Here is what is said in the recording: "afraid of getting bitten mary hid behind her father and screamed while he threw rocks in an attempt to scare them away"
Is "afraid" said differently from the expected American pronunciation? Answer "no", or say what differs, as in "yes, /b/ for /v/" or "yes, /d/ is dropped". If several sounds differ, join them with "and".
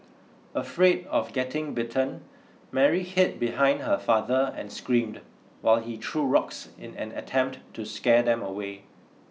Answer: no